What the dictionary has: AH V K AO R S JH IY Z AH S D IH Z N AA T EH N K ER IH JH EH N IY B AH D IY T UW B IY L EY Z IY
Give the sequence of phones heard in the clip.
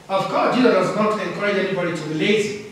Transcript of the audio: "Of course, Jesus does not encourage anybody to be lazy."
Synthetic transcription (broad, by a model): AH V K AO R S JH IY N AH D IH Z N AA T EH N K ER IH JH EH N IY B AH D IY T UW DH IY L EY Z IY